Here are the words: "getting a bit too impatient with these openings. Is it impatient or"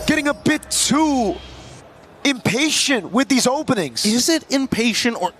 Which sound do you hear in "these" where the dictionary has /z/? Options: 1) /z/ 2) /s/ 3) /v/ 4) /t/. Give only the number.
1